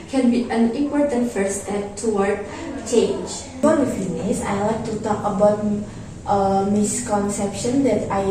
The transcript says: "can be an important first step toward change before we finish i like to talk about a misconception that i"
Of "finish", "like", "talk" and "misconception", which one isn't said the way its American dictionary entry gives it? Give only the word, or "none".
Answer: finish